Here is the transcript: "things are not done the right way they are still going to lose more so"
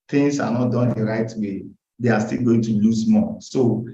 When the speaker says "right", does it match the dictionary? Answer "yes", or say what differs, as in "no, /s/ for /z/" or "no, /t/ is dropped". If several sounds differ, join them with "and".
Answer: yes